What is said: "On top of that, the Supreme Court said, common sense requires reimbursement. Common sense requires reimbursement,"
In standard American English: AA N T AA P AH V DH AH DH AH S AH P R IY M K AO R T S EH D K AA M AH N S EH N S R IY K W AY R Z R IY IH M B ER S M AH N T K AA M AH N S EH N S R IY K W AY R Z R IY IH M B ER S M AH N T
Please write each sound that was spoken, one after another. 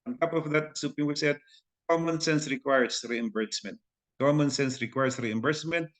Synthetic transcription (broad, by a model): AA N T AA P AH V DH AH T S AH P IY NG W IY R S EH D K AA M AH N S EH N S R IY K W AY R S R IY IH M B ER S M AH N T K AA M AH N S EH N S R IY K W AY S R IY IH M B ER S M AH N T